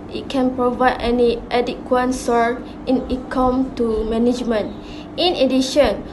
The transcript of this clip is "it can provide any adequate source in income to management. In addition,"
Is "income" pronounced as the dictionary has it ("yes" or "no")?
no